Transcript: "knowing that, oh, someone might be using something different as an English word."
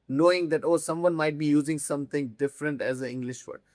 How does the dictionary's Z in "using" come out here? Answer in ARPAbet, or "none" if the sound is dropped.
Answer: Z